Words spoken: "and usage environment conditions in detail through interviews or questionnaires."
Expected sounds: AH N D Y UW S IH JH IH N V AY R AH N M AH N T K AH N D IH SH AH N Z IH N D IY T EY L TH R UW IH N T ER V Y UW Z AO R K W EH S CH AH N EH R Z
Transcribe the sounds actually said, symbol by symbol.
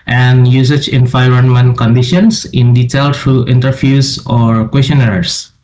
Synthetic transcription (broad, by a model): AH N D Y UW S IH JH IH N F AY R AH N M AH N K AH N D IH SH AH N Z IH N D IY T EY L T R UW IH N T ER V Y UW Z AO R K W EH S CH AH N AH R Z